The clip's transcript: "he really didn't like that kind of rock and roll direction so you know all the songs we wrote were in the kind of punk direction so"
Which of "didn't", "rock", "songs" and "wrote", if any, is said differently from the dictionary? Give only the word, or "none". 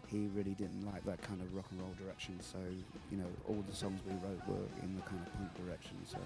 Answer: none